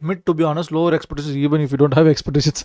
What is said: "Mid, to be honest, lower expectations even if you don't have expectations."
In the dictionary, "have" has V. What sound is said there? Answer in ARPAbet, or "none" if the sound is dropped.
V